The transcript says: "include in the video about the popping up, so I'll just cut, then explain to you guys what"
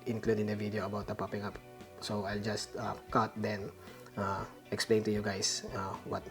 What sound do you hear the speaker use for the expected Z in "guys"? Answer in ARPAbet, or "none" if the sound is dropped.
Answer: S